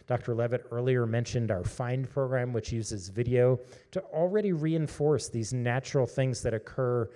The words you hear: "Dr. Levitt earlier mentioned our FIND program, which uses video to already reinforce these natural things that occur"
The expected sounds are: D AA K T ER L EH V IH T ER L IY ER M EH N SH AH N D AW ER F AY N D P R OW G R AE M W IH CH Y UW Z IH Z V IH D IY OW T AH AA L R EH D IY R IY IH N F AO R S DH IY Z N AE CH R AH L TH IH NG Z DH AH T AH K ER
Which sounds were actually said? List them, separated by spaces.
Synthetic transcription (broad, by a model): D AA K T ER L EH V IH T ER L IY ER M EH N SH AH N D AW ER F AY N D P R OW G R AE M W IH CH Y UW Z IH Z V IH D IY OW T AH L R EH D IY R IY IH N F AO R S DH IY Z N AE CH R L TH IH NG Z DH AH T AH K ER